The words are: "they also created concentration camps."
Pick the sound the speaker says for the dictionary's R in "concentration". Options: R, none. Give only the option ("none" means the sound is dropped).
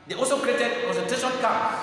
none